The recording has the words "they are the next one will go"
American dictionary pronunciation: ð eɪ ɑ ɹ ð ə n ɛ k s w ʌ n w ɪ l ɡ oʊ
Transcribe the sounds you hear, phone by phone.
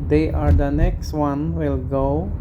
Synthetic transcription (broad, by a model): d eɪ ɑ ɹ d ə n ɛ k s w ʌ n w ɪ l ɡ oʊ